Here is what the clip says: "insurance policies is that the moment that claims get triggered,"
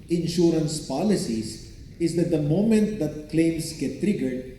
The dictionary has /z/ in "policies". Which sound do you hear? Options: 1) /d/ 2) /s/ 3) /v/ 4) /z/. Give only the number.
2